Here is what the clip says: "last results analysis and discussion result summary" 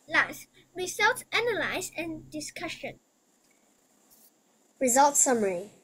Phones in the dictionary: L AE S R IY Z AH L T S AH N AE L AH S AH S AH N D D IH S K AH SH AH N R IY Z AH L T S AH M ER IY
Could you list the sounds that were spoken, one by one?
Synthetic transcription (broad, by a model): L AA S R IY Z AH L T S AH N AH L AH AH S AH N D D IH S K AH SH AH N R IY Z AH L T S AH M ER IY